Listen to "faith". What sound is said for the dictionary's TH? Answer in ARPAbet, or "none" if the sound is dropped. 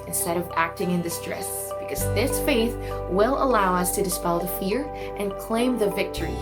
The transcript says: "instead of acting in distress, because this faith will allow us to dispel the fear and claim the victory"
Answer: TH